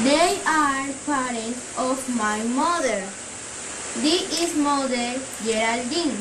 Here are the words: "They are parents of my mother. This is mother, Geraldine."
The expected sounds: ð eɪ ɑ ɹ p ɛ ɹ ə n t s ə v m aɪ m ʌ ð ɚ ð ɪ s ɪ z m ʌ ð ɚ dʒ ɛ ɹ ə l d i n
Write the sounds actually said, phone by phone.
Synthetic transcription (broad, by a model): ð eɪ ɑ ɹ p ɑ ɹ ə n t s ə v m aɪ m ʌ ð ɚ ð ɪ ɪ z m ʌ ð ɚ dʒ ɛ ɹ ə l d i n